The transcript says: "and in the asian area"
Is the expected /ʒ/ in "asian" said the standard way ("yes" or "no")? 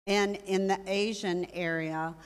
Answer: yes